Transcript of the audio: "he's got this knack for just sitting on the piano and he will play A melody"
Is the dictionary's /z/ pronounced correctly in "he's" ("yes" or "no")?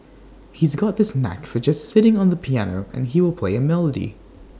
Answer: yes